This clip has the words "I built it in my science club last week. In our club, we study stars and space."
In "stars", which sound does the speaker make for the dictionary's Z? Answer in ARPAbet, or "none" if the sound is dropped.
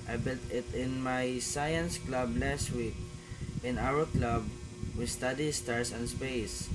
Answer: S